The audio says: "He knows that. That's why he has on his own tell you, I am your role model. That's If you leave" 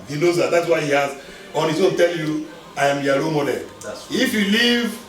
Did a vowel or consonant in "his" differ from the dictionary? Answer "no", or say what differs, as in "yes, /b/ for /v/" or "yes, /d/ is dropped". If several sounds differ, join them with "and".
yes, /s/ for /z/